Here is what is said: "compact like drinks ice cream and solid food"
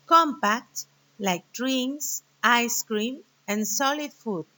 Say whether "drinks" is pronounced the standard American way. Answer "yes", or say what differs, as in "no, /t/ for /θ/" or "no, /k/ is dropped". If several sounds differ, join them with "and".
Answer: no, /k/ is dropped